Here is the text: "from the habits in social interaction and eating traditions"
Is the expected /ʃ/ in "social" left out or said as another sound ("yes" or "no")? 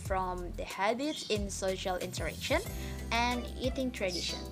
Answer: no